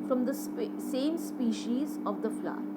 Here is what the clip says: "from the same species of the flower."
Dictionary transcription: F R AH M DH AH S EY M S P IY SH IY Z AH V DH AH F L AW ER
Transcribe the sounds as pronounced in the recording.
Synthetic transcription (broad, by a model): F R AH M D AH S EY M S P IY SH IY Z AH V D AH F L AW